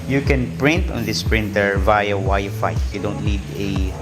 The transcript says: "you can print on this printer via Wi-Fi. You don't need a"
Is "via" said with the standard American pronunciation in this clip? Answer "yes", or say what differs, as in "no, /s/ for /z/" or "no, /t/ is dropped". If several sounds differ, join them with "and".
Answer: yes